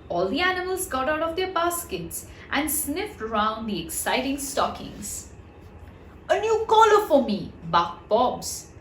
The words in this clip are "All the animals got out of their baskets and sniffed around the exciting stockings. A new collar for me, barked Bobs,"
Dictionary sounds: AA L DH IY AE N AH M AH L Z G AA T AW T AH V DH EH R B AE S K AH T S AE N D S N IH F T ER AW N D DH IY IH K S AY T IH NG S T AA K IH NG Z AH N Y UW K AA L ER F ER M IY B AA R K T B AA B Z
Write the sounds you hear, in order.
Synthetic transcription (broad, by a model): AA L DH IY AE N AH M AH L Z G AA T AW T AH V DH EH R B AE S K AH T S AE N D S N IH F T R AW N D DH IY IH K S AY T IH NG S T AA K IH NG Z AH N Y UW K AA L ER F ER M IY B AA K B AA B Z